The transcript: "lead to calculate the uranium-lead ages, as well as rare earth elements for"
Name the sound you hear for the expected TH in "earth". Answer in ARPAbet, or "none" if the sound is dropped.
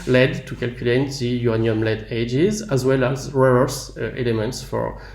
S